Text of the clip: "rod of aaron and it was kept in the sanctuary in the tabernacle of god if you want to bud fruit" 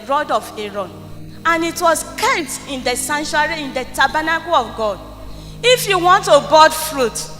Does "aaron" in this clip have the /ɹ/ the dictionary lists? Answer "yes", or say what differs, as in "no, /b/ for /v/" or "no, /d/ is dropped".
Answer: yes